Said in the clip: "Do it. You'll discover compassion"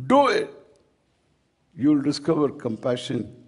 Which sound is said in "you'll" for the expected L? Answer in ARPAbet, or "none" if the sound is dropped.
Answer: L